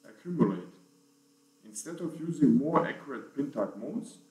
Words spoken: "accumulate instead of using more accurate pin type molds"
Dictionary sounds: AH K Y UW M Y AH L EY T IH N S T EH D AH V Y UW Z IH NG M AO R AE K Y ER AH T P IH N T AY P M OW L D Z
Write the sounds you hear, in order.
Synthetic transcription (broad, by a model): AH K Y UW M Y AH L EY T IH N S T EH D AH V Y UW Z IH NG M AO R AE K Y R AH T P IH N T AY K M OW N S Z